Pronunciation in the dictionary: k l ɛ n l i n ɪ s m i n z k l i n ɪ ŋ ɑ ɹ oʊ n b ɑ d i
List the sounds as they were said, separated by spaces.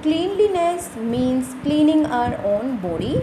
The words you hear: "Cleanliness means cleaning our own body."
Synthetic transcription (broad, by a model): k l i n l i n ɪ s m i n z k l i n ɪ ŋ ɑ ɹ oʊ n b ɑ d i